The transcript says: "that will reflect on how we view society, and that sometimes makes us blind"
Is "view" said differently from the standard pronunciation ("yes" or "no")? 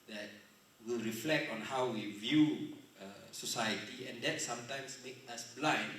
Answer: no